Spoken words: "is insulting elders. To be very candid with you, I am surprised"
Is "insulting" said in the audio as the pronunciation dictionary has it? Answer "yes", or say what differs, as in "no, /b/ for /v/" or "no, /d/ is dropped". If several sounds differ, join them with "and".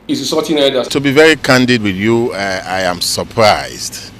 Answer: no, /n/ is dropped and /l/ is dropped